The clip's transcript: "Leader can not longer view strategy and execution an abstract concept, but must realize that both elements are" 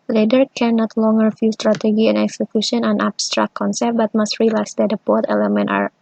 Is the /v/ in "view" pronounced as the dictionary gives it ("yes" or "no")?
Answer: no